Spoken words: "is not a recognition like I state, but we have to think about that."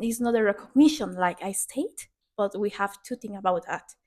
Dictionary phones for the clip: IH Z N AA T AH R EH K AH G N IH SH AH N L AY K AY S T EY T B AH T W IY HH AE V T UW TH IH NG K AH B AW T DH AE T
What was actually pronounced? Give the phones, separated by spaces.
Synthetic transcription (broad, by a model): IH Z N AA T AH R EH K AH G N IH SH AH N L AY K AY S T EY T B AH T W IY HH AE V T UW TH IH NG AH B AW T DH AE T